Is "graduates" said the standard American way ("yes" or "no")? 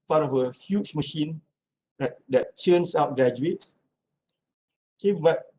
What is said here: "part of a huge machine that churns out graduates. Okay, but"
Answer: no